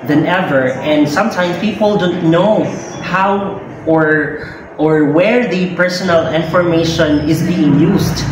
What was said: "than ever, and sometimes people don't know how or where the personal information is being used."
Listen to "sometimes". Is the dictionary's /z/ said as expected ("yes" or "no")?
no